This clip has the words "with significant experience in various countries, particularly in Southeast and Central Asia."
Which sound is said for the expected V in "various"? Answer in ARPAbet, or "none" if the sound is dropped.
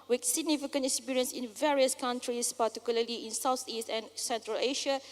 V